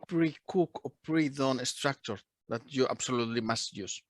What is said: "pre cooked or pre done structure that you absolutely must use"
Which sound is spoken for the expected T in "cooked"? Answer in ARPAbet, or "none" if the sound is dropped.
none